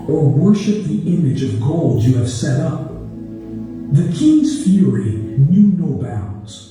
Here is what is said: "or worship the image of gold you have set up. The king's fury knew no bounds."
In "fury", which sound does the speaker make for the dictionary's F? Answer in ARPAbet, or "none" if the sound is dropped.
F